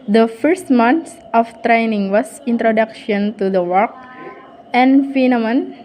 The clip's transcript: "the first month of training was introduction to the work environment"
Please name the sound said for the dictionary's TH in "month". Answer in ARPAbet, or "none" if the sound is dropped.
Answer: S